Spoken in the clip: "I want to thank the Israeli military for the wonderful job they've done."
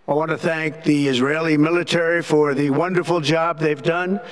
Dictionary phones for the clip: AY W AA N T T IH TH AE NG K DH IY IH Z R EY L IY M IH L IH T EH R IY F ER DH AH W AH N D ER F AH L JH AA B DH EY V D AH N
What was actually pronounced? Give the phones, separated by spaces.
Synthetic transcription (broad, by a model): AY W AA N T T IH TH AE NG K DH IY IH Z R EY L IY M IH L IH T EH R IY F ER DH AH W AH N D ER F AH L JH AA B DH EY V D AH N